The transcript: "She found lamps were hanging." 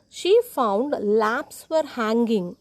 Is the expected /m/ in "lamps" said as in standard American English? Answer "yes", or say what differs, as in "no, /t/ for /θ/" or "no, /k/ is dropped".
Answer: no, /m/ is dropped